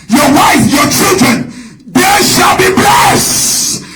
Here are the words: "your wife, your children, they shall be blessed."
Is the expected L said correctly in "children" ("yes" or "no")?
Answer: yes